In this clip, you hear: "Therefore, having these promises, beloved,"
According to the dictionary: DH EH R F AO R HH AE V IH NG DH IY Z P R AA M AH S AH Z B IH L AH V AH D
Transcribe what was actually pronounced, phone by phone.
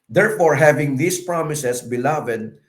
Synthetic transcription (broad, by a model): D EH R F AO R HH AE V IH NG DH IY S P R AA M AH S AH S B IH L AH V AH D